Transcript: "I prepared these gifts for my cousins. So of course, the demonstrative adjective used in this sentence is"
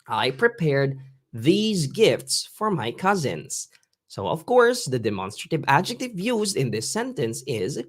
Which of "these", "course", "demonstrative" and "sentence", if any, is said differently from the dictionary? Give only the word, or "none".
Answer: none